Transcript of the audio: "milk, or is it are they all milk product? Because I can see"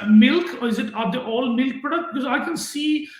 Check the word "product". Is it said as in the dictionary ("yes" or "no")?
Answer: no